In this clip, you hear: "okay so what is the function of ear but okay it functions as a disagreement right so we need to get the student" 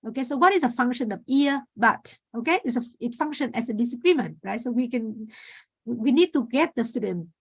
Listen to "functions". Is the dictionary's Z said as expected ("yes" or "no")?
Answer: no